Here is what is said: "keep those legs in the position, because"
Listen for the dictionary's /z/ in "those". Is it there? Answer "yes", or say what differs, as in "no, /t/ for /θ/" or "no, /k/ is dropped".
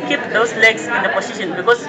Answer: no, /s/ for /z/